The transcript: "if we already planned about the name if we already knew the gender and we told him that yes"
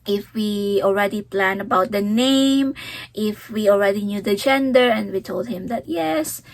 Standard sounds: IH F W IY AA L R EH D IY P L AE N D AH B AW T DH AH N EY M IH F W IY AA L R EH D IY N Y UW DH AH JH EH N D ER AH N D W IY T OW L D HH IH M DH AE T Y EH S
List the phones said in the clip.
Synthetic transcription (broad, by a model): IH F W IY AA L R EH D IY P L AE N AH B AW T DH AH N EY M IH F W IY AA L R EH D IY N Y UW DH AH JH EH N D ER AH N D W IY T OW L D HH IH M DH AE T Y EH S